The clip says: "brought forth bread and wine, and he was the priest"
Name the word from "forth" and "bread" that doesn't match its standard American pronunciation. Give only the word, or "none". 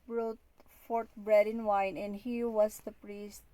forth